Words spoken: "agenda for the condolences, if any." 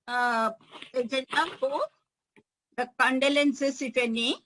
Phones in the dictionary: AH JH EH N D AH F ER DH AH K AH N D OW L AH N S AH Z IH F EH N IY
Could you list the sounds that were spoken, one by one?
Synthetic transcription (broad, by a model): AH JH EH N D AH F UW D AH K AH N D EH L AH N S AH S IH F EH N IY